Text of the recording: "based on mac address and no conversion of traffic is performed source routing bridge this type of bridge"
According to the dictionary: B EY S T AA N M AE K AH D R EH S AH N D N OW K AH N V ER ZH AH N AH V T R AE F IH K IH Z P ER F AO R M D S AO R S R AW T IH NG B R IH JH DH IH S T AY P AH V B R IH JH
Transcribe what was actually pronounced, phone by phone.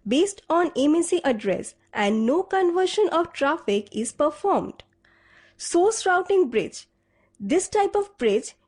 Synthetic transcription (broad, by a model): B EY S T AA N M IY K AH D R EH S AH N D N OW K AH N V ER SH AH N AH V T R AE F IH K IH Z P ER F AO R M D S AO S R AW T IH NG B R IH JH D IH S T AY P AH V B R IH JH